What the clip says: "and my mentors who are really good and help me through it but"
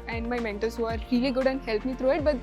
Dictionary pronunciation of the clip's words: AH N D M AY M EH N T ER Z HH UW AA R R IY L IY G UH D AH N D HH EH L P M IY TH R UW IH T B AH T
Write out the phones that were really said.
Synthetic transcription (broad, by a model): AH N D M AY M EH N T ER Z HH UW AA R R IY L IY G UH D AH N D HH EH L P M IY T R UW IH T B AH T